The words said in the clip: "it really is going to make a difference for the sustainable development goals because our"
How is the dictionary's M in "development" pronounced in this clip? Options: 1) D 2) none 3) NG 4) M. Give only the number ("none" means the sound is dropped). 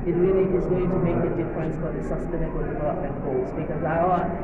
2